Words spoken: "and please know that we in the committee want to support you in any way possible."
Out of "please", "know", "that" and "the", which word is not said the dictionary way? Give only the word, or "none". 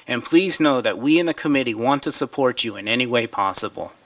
none